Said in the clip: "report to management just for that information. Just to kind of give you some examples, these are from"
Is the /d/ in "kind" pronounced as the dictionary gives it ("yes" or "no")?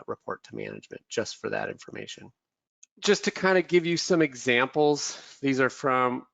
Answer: yes